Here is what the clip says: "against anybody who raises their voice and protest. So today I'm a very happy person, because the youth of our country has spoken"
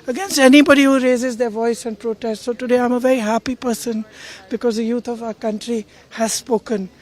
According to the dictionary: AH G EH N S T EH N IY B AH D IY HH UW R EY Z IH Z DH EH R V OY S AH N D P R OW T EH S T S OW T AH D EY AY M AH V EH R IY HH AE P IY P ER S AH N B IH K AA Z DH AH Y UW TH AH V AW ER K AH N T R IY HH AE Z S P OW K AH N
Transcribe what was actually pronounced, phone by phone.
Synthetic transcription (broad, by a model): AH G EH N S T EH N IY B AH D IY HH UW R EY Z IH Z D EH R V OY S AH N D P R OW T EH S T S OW T AH D EY AY M AH V EH R IY HH AE P IY P ER S AH N B IH K AA Z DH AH Y UW T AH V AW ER K AH N T R IY HH AE Z S P OW K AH N